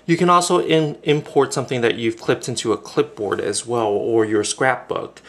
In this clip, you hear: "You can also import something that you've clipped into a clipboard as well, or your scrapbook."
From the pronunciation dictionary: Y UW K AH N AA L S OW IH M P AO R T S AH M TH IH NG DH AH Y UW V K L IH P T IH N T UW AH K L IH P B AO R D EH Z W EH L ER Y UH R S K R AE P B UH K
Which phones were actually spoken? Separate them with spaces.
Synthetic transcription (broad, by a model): Y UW K AH N AA L S OW IH M P AO R T S AH M TH IH NG DH AH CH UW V K L IH P T IH N T UW AH K L IH P B AO R D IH Z W EH L ER Y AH R S K R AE P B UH K